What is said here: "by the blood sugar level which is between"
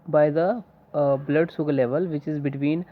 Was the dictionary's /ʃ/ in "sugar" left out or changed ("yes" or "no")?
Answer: yes